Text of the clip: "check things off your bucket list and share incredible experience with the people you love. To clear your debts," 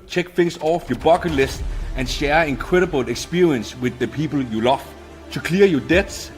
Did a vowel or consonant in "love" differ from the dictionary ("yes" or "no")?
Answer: yes